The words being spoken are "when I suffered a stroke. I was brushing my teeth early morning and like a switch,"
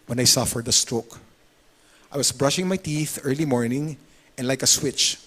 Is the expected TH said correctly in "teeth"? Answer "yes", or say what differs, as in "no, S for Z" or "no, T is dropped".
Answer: yes